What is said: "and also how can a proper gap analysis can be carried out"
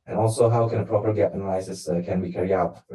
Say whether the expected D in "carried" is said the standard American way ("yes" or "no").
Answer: no